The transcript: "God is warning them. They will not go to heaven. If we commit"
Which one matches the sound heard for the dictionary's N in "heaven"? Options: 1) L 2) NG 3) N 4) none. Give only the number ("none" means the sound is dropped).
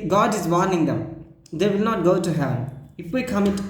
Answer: 4